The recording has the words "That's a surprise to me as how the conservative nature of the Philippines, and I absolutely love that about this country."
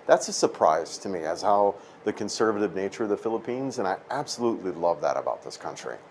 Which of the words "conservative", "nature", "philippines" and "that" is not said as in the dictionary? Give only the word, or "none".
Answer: none